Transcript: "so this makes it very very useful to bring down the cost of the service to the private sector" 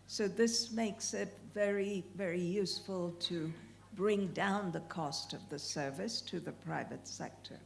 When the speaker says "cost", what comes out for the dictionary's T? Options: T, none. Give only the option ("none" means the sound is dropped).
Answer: T